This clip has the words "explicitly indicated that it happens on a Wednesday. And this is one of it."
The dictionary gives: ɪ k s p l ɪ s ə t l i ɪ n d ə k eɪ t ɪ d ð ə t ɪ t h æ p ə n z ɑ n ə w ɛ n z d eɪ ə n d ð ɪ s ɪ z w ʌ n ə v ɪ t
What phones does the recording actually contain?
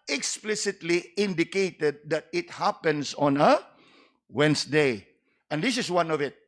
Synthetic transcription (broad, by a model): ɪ k s p l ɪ s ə t l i ɪ n d ə k eɪ t ɪ d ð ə t ɪ t h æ p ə n s ɑ n ə w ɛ n s d eɪ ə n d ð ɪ s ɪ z w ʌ n ə v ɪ t